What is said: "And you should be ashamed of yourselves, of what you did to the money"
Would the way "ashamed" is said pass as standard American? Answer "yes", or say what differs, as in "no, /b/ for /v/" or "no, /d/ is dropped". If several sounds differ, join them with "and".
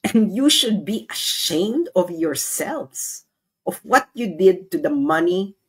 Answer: yes